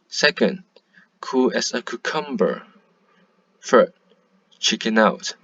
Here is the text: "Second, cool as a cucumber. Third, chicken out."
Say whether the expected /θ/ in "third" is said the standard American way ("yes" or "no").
no